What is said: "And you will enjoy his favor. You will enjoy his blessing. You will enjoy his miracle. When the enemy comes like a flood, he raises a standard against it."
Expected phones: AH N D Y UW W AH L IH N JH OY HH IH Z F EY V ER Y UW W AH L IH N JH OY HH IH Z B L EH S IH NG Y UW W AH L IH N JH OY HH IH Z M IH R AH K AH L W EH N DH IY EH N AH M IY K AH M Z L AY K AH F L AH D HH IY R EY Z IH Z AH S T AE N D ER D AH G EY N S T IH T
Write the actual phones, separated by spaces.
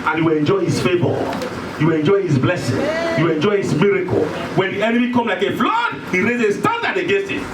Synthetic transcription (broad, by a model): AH N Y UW W AH L IH N JH OY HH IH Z F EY B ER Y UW W AH L IH N JH OY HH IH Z B L EH S IH NG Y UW W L IH N JH OY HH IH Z M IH R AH K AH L W EH N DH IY EH N AH M IY K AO M L AY K AH F L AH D HH IY R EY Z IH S T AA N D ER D AH G EY N S T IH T